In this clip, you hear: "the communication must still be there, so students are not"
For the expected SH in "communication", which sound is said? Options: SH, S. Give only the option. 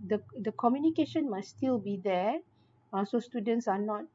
SH